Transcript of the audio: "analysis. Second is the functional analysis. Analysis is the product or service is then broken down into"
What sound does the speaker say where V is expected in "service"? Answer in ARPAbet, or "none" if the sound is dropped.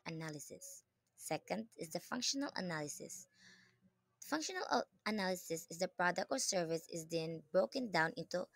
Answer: V